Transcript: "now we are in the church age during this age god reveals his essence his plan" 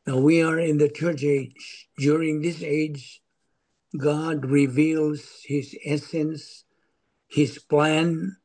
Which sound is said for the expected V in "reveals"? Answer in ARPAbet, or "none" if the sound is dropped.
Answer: V